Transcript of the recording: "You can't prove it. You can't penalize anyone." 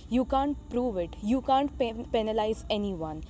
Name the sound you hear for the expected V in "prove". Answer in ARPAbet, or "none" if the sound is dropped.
V